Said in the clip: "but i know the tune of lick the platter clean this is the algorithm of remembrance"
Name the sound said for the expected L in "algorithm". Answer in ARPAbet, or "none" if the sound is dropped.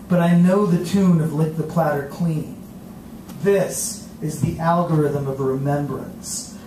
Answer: L